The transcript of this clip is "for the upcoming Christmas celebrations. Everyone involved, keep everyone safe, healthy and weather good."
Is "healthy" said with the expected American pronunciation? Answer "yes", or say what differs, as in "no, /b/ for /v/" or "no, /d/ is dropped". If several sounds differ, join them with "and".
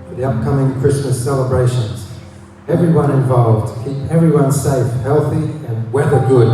yes